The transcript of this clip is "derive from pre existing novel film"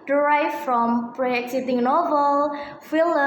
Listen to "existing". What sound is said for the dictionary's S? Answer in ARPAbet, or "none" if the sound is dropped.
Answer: none